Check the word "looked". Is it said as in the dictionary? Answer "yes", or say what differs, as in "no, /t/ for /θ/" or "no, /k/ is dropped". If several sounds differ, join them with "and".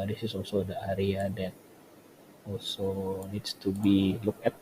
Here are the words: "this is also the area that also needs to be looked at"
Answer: no, /t/ is dropped